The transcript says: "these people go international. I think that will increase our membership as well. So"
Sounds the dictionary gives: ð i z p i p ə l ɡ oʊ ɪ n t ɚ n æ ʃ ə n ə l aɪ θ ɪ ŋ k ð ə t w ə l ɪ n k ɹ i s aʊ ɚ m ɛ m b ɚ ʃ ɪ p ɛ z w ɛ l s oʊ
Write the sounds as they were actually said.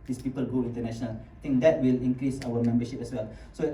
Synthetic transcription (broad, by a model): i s p i p ə l ɡ oʊ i n t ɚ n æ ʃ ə n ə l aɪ t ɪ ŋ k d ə t w ə l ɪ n k ɹ i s aʊ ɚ m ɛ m b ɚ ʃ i p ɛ s w ɛ l s oʊ